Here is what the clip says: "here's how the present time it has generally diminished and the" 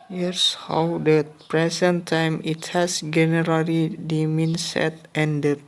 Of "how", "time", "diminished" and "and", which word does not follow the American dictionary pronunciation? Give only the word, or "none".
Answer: diminished